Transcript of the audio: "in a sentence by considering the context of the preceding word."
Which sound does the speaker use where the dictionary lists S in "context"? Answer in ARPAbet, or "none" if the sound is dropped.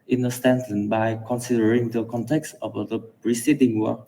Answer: S